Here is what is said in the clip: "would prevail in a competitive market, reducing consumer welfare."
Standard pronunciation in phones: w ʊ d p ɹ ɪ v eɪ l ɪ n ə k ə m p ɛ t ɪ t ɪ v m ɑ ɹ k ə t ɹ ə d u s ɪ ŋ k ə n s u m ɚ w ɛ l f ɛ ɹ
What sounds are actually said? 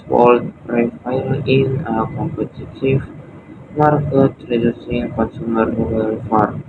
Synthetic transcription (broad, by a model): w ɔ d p ɹ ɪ f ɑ l ɪ n ə k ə m p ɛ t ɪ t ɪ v m ɑ ɹ k ə t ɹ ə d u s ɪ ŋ k ə n s u m ɚ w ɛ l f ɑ ɹ